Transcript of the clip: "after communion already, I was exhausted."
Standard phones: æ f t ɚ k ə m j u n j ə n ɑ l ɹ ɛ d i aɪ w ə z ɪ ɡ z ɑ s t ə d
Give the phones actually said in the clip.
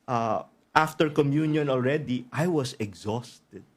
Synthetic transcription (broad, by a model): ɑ f t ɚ k ə m j u n j ə n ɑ l ɹ ɛ d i aɪ w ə s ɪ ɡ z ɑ s t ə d